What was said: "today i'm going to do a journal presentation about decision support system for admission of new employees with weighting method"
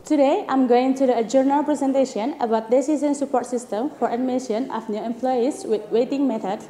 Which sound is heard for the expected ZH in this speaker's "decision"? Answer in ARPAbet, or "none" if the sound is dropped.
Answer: S